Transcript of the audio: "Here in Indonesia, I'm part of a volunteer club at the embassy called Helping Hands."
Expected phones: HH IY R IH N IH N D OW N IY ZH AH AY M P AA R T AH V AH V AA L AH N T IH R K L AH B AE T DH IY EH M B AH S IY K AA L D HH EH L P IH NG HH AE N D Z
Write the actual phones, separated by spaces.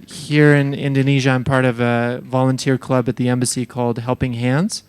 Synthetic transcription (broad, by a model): HH IY R IH N IH N D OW N IY ZH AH AY M P AA R T AH V AH V AA L AH N T IH R K L AH B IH T DH IY EH M B AH S IY K AA L D HH EH L P IH NG HH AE N D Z